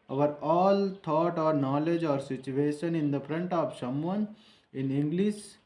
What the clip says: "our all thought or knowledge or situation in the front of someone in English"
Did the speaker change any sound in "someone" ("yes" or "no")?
yes